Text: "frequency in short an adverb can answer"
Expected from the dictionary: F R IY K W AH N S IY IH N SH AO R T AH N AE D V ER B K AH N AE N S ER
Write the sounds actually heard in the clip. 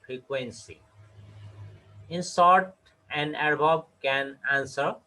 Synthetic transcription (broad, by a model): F R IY K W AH N S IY IH N S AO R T AH N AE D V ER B K AH N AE N S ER